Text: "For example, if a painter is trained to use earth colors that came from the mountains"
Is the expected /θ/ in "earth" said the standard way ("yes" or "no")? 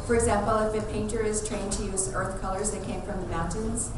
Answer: yes